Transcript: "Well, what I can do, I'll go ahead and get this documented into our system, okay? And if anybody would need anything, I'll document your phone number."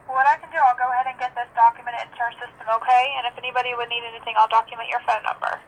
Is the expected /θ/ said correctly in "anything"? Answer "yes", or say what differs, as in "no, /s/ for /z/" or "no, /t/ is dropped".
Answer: yes